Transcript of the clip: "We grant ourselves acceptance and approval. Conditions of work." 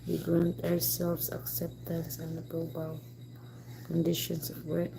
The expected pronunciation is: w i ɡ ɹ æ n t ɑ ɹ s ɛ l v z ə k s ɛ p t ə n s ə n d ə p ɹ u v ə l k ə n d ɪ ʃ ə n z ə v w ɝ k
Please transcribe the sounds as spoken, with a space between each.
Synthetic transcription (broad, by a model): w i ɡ ɹ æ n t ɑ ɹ s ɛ l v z ə k s ɛ p t ə n s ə n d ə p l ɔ b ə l k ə n d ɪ ʃ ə n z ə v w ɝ